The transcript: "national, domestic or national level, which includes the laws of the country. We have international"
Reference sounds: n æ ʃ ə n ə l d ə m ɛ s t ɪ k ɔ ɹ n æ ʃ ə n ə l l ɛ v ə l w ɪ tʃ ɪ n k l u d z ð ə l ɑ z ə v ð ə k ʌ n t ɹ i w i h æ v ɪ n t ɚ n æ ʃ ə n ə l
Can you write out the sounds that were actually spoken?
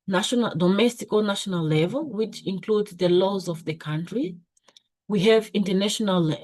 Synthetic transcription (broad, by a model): n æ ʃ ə n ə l d ə m ɛ s t ɪ k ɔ l n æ ʃ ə n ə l l ɛ v ə l w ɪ tʃ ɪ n k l u d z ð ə l ɑ z ə v ð ə k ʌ n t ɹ i w i h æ v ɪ n t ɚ n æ ʃ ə n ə l